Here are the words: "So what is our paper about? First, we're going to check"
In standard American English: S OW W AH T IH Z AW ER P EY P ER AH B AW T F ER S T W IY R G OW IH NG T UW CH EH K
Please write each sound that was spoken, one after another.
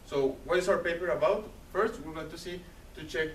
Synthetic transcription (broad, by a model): S OW W AH T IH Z AW ER P EY P ER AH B AW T F ER S T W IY L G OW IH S T UW CH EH K